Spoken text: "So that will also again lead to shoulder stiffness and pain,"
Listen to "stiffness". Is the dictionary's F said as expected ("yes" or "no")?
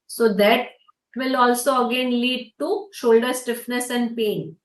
yes